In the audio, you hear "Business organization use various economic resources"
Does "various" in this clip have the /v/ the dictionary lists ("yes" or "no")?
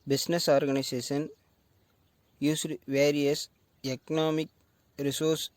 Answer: yes